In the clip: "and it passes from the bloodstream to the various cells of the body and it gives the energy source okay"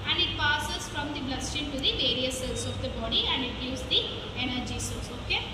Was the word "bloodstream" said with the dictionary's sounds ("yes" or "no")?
no